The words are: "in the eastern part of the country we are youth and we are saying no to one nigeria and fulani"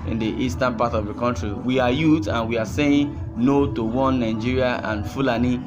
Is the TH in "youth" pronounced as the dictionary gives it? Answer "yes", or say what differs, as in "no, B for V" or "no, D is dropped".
no, T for TH